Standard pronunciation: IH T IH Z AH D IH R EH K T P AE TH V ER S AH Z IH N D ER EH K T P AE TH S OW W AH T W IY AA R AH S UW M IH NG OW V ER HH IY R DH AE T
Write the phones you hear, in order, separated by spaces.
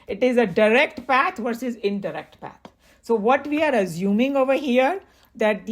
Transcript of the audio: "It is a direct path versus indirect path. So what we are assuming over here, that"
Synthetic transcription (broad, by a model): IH T IH Z AH D IH R EH K T P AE T V ER S AH Z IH N D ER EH K T P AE T S OW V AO T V IY AA R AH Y UW M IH NG OW V ER HH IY R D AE T